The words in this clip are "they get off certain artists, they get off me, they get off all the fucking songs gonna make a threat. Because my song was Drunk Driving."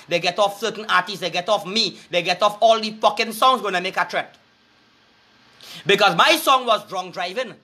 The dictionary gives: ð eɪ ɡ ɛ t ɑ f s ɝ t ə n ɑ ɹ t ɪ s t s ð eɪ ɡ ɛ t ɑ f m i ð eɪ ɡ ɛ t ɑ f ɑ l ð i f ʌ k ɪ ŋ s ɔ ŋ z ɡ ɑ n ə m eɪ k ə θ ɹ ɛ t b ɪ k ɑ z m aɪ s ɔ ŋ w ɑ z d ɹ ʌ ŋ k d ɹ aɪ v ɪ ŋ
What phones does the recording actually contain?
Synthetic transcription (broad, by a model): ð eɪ ɡ ɛ t ɑ f s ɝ t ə n ɑ t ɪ s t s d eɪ ɡ ɛ t ɑ f m i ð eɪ ɡ ɛ t ɑ f ɑ l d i p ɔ k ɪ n s ɔ ŋ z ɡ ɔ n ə m eɪ k ə t ɹ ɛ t b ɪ k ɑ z m aɪ s ɔ ŋ w ɑ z d ɹ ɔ ŋ d ɹ aɪ v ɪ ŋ